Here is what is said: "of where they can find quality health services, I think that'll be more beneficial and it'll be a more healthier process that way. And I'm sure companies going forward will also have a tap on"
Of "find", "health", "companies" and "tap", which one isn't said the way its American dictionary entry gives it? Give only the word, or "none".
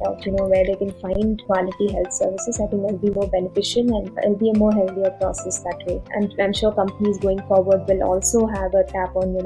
health